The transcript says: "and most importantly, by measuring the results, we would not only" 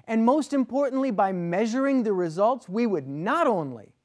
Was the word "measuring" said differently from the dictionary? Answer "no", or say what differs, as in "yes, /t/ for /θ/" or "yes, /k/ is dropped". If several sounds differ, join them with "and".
no